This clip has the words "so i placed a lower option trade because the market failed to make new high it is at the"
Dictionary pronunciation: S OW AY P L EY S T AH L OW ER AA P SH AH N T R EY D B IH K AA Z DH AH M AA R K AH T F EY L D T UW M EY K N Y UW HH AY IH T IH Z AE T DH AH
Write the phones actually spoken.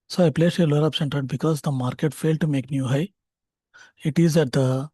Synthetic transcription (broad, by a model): S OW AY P L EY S AH L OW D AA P S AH N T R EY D B IH K AA Z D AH M AA R K AH T F EY L D T UW M EY K N Y UW HH AY IH T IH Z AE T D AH